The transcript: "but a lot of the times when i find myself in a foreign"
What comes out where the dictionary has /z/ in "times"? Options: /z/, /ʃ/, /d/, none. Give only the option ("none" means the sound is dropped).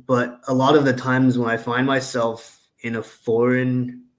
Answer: /z/